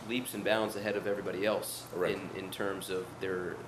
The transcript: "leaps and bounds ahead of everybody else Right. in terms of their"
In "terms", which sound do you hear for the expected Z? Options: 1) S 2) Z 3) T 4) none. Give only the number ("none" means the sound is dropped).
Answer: 2